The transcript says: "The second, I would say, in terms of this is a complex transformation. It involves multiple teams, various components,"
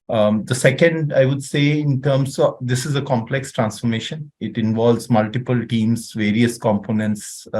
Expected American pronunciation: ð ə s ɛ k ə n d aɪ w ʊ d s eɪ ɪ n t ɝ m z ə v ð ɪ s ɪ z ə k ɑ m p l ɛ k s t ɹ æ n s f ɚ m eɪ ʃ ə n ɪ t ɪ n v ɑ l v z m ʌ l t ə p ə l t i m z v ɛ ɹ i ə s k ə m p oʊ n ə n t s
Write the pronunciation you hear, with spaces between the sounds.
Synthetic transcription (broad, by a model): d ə s ɛ k ə n d aɪ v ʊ d s eɪ ɪ n t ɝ m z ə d ɪ s ɪ z ə k ɑ m p l ɛ k s t ɹ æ n s f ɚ m eɪ ʃ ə n ɪ t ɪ n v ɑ l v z m ʌ l t ə p ə l t i m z v ɛ ɹ i ə s k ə m p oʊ n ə n t s